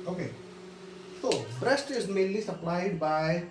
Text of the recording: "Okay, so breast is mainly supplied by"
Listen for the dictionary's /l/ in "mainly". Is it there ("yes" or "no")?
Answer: yes